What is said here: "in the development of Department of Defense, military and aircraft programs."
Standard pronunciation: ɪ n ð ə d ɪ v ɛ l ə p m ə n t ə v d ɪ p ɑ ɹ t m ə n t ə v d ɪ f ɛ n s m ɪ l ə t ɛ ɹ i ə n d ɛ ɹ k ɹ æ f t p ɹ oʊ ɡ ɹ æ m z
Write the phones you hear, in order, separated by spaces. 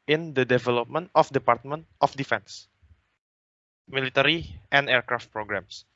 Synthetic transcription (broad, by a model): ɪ n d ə d ɪ v ɛ l ə p m ə n t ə f d ɪ p ɑ ɹ t m ə n t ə f d ɪ f ɛ n s m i l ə t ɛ ɹ i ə n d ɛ ɹ k ɹ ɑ f t p ɹ oʊ ɡ ɹ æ m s